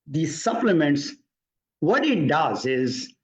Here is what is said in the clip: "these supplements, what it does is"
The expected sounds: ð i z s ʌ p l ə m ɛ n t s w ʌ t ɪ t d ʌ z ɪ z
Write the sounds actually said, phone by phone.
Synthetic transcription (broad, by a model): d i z s ʌ p l ə m ɛ n t s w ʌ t ɪ t d ʌ z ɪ z